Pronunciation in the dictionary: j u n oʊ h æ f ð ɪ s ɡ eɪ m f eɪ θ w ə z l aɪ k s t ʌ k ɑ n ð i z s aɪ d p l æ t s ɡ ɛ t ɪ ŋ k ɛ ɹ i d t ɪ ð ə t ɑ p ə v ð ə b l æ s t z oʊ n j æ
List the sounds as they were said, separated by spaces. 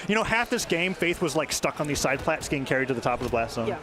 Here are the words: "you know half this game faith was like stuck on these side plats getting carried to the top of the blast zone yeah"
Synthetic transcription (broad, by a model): j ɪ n oʊ h æ f ð ɪ s ɡ eɪ m f eɪ θ w ə z l aɪ k s t ʌ k n ð i z s aɪ d p l æ t s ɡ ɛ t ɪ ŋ k ɛ ɹ i d t ɪ ð ə t ɑ p ə v ð ə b l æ s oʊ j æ